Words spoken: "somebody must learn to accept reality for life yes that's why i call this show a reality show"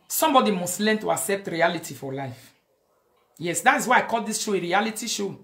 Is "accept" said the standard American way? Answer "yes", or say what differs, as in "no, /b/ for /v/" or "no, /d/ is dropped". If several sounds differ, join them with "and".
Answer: yes